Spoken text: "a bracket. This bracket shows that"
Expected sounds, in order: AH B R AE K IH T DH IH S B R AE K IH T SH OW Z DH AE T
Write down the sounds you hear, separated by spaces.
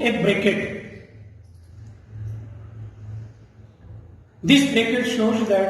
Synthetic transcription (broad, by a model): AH B R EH K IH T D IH S B R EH K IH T SH OW Z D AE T